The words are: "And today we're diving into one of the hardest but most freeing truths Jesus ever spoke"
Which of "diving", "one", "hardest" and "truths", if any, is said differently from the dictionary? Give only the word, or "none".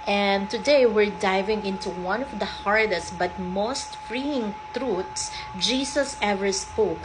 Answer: truths